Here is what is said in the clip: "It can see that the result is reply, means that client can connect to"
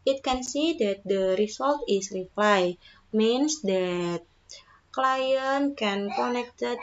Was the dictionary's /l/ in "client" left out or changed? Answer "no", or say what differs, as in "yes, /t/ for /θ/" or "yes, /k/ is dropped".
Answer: no